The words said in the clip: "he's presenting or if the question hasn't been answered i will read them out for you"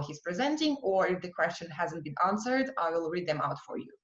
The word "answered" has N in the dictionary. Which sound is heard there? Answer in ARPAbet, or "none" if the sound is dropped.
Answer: N